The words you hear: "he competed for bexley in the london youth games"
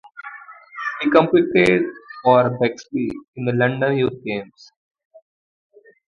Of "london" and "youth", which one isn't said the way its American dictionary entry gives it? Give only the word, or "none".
youth